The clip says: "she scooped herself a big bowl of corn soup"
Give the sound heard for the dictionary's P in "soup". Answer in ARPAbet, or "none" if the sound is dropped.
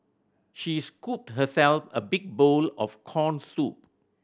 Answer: P